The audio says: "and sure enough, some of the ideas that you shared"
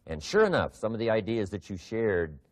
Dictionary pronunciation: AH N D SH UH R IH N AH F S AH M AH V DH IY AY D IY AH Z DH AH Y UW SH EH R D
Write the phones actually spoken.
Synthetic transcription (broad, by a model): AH N SH UH R IH N AH F S AH M AH V DH IY AY D IY AH Z DH AH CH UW SH EH R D